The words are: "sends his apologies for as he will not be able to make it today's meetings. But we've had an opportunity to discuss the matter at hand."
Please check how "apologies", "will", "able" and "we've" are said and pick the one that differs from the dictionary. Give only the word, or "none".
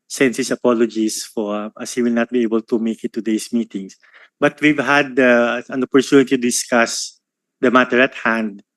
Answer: apologies